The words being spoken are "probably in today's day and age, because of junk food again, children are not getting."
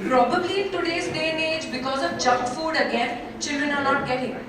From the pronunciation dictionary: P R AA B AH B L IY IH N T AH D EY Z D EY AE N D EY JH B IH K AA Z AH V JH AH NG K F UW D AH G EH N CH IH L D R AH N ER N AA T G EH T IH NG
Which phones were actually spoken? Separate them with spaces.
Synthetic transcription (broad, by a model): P R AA B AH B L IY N T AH D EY S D EY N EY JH B IH K AA Z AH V JH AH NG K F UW D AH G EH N CH IH L D R AH N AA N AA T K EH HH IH